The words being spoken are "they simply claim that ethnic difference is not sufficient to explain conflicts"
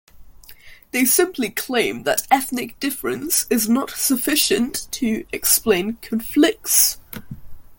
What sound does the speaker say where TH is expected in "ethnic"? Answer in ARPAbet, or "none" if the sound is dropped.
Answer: TH